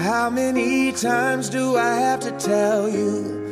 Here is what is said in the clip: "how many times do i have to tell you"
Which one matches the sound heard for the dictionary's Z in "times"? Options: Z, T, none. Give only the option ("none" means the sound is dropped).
Z